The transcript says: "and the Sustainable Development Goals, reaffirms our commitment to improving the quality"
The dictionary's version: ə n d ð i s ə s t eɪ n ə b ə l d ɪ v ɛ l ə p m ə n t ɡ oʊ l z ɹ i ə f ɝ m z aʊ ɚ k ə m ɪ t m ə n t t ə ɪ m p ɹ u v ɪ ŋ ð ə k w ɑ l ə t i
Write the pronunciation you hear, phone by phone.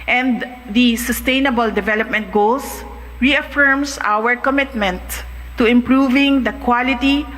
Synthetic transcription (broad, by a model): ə n d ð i s ə s t eɪ n ə b ə l d ɪ v ɛ l ə p m ə n t ɡ oʊ l s ɹ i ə f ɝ m s aʊ ɚ k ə m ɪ t m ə n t t ə ɪ m p ɹ u v ɪ ŋ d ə k w ɑ l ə t i